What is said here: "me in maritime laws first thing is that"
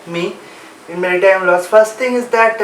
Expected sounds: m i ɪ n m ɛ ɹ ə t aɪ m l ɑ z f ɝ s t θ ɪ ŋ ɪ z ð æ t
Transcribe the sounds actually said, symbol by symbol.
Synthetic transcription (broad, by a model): m i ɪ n m ɛ ɹ ə t aɪ m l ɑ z f ɝ s t t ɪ ŋ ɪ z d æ t